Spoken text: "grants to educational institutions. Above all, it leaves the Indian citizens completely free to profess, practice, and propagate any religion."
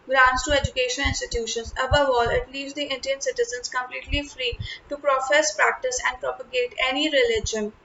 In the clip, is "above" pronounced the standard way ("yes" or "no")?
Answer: yes